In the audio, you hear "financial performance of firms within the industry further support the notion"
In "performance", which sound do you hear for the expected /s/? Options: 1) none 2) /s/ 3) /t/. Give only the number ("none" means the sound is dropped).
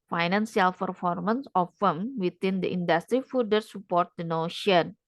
2